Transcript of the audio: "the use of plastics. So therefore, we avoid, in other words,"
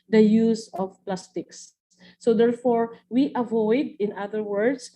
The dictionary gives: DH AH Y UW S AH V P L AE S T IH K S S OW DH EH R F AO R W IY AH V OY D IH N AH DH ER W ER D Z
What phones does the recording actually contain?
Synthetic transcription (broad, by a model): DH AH Y UW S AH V P L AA S T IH K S S OW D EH R F AO R W IY AH V OY D IH N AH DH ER W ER D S